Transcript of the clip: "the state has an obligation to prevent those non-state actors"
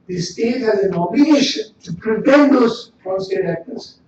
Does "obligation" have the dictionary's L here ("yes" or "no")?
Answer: no